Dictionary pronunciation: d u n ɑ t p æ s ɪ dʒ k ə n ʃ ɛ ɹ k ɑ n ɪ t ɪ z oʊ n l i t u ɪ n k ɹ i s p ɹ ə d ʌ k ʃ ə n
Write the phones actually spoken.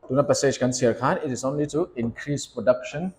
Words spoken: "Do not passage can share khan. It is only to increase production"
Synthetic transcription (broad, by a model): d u n ɑ t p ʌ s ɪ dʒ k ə n s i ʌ k ɑ n ɪ t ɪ s oʊ n l i t u ɪ n k ɹ i s p ɹ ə d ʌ k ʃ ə n